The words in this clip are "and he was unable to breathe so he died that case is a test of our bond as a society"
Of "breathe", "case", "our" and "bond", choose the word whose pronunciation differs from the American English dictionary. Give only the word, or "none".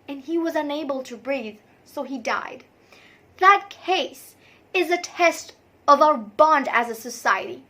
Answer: none